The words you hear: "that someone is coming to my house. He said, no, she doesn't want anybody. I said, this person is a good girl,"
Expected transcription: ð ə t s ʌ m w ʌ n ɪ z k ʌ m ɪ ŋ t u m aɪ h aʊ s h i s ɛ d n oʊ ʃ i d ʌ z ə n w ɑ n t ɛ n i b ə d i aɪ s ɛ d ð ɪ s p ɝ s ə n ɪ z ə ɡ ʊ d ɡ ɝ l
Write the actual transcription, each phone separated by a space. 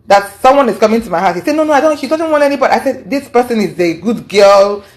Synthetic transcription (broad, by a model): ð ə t s ʌ m w ʌ n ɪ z k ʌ m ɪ t u m aɪ h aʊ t h i s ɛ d n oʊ ʃ i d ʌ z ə n w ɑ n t ɛ n i b ə d i aɪ s ɛ d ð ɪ s p ɝ s ə n ɪ z ə ɡ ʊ d ɡ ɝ l